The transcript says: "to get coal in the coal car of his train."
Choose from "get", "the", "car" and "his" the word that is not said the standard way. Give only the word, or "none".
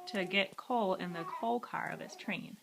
his